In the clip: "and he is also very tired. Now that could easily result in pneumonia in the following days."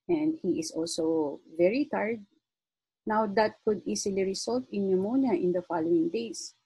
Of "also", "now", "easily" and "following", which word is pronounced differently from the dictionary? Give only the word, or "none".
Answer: easily